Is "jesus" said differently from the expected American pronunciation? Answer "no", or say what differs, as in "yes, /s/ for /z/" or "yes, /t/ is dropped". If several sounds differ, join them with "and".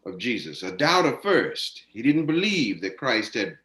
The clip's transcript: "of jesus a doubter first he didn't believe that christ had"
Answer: no